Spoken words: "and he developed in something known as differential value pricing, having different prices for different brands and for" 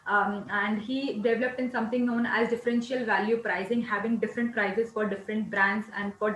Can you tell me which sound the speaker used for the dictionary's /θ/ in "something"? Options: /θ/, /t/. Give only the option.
/t/